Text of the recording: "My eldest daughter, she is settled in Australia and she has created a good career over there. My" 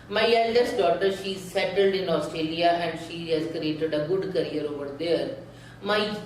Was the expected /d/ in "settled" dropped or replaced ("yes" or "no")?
no